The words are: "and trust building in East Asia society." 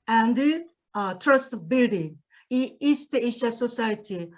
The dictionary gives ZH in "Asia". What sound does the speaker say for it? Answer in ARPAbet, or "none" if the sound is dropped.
SH